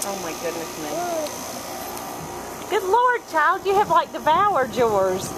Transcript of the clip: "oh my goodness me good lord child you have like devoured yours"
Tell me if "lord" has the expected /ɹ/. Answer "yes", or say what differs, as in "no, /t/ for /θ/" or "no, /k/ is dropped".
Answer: yes